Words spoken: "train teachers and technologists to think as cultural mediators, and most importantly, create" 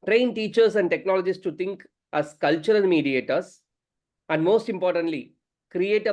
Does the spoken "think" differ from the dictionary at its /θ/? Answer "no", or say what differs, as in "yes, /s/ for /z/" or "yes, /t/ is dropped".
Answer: yes, /t/ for /θ/